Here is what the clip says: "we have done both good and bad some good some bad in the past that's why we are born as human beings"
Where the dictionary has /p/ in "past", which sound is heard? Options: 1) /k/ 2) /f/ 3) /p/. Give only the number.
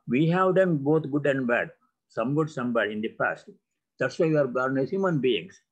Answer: 3